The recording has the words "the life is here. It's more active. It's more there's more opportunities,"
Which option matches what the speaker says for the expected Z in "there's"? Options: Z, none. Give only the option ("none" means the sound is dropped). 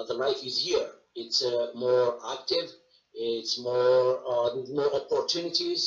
none